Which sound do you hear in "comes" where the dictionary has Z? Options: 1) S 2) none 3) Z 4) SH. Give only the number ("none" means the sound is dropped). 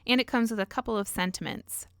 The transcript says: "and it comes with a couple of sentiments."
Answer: 3